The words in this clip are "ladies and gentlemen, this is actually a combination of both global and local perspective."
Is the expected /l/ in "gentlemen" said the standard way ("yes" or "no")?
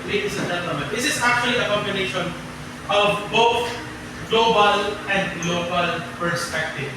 no